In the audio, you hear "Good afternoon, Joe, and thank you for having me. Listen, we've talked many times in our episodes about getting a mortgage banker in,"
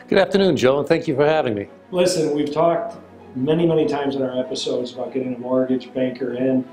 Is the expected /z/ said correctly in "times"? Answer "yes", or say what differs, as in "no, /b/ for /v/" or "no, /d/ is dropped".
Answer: yes